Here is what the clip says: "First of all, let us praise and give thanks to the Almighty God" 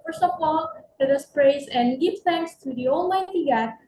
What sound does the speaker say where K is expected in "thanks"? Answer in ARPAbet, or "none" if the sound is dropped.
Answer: K